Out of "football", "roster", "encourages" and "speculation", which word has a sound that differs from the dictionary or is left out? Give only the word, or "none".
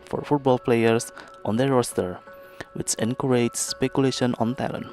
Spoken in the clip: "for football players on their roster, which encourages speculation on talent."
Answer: encourages